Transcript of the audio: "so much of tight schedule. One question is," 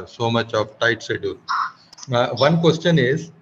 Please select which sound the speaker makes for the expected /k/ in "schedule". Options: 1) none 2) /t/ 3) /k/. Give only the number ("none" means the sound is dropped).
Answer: 1